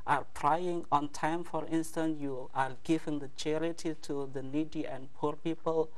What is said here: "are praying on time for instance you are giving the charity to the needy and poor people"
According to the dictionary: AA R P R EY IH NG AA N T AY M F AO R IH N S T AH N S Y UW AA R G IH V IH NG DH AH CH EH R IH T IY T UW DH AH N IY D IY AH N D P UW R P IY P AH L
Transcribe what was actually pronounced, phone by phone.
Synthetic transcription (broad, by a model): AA R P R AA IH NG AA N T AY M F AO R IH N S T AH N S Y UW AA R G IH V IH NG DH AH CH EH R IH T IY T UW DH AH N IY D IY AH N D P UW R P IY P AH L